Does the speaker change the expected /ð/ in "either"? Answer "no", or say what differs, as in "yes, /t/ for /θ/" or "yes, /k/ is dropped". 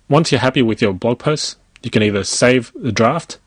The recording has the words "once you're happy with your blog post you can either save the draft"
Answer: no